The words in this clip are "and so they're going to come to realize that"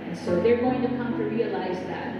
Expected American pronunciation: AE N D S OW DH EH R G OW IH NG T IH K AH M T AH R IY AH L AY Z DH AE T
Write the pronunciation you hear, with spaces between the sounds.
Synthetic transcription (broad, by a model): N S OW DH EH R G OW IH NG T IH K AH M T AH R IY AH L AY Z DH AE T